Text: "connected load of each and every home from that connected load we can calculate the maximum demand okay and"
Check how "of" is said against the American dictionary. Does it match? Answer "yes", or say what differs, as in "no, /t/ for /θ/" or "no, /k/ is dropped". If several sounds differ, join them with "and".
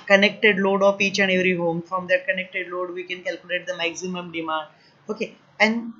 no, /p/ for /v/